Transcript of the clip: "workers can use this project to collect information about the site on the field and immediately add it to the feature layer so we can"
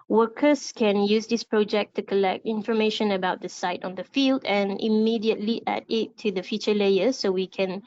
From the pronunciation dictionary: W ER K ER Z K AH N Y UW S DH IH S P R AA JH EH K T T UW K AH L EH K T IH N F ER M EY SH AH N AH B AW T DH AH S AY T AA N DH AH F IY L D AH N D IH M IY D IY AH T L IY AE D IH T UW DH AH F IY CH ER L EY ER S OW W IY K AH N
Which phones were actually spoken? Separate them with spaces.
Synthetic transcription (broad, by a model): W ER K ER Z K AH N Y UW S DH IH S P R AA JH EH K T T UW K AH L EH K T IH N F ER M EY SH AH N AH B AW T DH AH S AY T AA N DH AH F IY L D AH N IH M IY D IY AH T L IY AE D IH T UW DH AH F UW CH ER L EY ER S OW W IY K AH N